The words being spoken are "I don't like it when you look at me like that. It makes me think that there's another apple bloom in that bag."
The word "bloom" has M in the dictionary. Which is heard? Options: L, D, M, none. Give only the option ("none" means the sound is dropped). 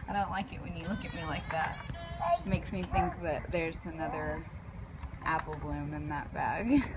M